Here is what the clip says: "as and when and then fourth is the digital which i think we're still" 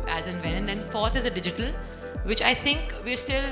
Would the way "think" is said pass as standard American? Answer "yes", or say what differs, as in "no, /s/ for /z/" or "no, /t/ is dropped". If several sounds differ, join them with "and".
no, /t/ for /θ/